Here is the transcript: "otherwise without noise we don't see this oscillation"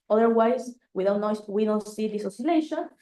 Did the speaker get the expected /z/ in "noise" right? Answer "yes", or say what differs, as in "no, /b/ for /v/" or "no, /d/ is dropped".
no, /z/ is dropped